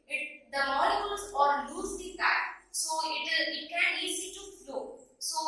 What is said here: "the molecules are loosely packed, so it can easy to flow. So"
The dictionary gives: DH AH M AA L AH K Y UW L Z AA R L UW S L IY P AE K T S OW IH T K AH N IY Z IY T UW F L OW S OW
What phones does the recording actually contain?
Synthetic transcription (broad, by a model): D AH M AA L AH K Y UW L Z AA R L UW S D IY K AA T S OW IH T K AH N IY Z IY T UW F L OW S OW